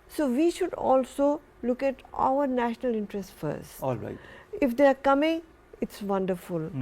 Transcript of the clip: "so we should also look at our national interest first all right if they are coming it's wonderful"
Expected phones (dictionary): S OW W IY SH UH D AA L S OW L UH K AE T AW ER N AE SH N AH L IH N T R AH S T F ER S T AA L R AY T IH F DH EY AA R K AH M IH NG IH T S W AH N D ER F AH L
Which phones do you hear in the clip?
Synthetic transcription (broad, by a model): S OW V IY SH UH D AA L S OW L UH K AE T AW ER N AE SH N AH L IH N T R AH S T F ER S T AA L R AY IH F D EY AA R K AH M IH NG IH T S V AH N D ER F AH L